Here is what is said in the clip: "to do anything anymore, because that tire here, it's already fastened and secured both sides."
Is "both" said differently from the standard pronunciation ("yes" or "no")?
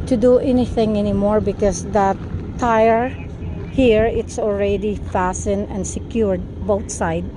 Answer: yes